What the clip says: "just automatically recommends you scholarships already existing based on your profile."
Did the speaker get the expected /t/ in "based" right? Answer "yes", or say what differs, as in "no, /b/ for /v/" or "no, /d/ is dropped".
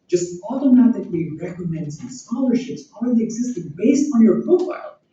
yes